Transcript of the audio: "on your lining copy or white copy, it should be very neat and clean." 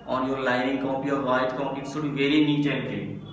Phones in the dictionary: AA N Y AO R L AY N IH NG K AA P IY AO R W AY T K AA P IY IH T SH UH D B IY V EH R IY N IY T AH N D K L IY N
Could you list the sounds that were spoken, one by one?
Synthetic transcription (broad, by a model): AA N Y AO R L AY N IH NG K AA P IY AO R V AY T K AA IY IH T S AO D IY V EH R IY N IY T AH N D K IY